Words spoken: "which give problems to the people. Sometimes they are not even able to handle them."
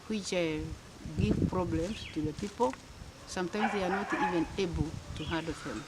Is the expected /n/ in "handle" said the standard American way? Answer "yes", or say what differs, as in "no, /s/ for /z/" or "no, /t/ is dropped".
no, /n/ is dropped